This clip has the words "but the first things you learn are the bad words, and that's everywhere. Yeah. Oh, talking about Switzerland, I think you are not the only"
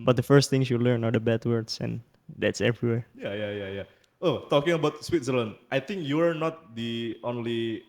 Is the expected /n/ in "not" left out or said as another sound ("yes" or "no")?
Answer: no